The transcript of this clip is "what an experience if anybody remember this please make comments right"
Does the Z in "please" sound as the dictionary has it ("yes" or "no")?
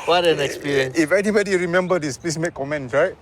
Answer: no